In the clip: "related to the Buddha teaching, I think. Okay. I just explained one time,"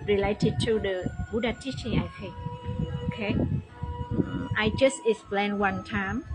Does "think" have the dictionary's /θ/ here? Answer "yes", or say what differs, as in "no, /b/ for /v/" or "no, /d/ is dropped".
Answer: no, /f/ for /θ/